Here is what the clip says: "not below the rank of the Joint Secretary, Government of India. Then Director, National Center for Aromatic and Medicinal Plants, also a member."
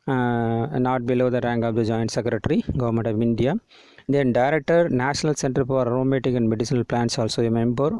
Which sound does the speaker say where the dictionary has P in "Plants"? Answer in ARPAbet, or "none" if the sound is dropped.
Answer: P